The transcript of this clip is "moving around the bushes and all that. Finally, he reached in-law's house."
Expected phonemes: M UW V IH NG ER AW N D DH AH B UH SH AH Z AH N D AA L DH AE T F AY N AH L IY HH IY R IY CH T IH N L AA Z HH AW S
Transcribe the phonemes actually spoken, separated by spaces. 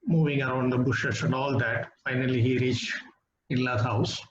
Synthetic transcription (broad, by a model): M UW V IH NG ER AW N D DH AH B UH SH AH S AH N D AA L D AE T F AY N AH L IY HH IY R IY CH T IH N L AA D HH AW S